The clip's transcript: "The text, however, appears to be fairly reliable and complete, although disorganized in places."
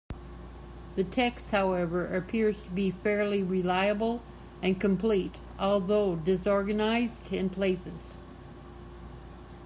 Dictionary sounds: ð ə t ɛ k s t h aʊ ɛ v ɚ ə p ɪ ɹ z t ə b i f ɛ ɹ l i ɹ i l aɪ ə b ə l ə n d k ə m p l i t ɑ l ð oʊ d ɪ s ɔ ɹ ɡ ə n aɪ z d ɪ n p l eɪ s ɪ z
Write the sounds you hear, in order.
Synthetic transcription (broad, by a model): ð ə t ɛ k s t h aʊ ɛ v ɚ ə p ɪ ɹ z t ə b i f ɛ ɹ l i ɹ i l aɪ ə b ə l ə n k ə m p l i t ɑ l ð oʊ d ɪ s ɔ ɹ ɡ ə n aɪ z d ɪ n p l eɪ s ɪ z